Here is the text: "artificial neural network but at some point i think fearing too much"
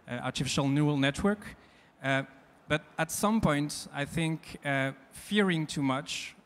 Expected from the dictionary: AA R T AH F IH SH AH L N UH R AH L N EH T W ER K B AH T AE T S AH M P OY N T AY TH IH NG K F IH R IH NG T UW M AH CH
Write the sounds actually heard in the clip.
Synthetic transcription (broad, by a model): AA R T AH F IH SH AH L N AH L N EH T W ER K B AH T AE T S AH M P OY N T AY TH IH NG K F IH R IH NG T UW M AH CH